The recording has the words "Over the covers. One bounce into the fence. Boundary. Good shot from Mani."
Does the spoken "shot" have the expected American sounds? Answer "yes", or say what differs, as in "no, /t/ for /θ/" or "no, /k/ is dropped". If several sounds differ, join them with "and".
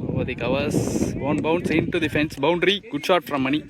yes